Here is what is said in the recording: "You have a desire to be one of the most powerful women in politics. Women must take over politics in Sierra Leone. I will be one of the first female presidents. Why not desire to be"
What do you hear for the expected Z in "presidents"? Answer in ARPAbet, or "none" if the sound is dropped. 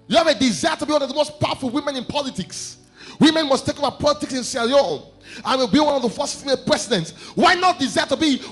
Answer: S